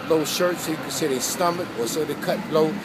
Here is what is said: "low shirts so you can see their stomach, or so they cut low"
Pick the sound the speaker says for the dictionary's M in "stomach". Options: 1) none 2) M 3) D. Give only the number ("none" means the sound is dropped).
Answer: 2